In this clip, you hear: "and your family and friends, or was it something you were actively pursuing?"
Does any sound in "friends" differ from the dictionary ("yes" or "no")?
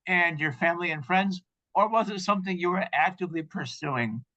no